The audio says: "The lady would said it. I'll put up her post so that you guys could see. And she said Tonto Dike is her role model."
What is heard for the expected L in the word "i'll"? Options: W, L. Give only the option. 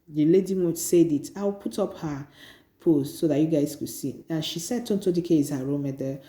W